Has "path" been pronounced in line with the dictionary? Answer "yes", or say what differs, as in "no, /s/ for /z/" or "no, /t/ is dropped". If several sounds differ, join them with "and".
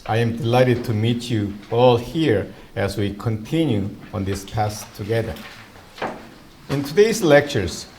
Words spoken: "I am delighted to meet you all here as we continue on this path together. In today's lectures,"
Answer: no, /s/ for /θ/